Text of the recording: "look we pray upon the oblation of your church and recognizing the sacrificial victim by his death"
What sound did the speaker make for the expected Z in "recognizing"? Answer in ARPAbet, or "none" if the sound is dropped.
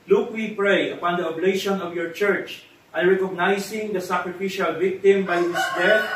S